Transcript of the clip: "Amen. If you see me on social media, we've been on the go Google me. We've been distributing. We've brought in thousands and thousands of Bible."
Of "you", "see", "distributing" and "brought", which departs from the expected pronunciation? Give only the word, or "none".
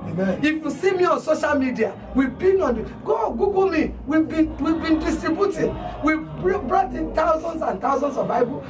distributing